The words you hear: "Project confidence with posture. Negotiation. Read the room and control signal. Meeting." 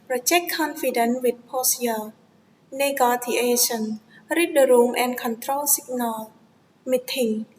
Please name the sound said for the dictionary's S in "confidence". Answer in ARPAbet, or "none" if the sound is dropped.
none